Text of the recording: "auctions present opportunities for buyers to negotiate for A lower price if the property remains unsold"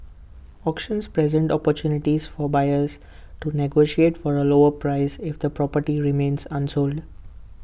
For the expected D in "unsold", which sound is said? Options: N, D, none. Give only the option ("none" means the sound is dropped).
D